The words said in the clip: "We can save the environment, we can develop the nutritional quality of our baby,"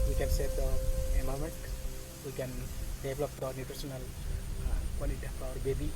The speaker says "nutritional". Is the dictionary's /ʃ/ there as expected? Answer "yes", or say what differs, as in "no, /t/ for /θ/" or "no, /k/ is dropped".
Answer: no, /s/ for /ʃ/